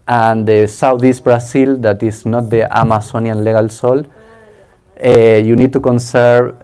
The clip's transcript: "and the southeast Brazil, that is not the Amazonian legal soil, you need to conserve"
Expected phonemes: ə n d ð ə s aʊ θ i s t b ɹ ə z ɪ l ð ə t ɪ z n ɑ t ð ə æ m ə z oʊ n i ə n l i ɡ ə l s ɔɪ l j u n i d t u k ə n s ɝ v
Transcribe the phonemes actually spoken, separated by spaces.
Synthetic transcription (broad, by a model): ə n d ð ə s aʊ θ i s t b ɹ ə s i l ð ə t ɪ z n ɑ t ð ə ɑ m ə s oʊ n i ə n l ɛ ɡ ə l s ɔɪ l j u n i d t u k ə n s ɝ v